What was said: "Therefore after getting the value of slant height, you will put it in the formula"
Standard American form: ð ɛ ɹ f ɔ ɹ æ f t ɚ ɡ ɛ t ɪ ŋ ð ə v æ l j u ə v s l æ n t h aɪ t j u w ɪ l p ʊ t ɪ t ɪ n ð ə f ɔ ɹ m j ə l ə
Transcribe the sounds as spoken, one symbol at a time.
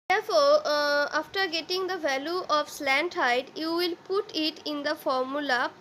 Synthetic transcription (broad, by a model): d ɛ ɹ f ɔ ɹ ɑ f t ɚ ɡ ɛ t ɪ ŋ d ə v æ l j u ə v s l æ n t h aɪ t j u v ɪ l p ʊ t ɪ t ɪ n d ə f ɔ ɹ m j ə l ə